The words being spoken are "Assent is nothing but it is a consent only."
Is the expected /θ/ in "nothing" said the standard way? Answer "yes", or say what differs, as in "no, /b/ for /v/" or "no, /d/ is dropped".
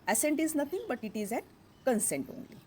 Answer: no, /t/ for /θ/